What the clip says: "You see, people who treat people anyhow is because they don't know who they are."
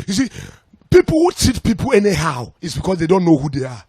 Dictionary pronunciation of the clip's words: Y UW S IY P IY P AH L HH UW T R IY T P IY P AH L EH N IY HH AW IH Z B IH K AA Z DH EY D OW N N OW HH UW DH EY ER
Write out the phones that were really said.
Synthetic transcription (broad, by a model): Y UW S IY P IY P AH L HH UW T IY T P IY P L EH N IY HH AW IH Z B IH K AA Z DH EY D OW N N OW HH UW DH EY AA